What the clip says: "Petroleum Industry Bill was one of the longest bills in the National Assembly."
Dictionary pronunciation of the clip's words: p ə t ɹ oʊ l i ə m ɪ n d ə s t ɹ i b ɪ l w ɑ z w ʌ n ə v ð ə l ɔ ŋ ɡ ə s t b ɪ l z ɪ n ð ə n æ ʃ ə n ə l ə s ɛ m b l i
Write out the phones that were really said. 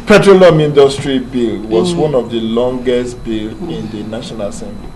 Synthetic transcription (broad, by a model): p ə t ɹ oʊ l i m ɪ n d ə s t ɹ i b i l w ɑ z w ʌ n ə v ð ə l ɔ ŋ ɡ ə s t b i l ɪ n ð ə n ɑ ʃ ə n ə l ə s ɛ m b l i